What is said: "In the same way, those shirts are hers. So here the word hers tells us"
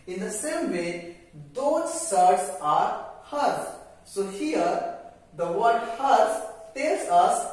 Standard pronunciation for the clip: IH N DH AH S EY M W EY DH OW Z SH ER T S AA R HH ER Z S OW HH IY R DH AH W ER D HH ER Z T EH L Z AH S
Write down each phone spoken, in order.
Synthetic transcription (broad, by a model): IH N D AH S EY M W EY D OW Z S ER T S AA R HH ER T S OW HH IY R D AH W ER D HH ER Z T EH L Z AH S